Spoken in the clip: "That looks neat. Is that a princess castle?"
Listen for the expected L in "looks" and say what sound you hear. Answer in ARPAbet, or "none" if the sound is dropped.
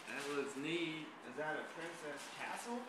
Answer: W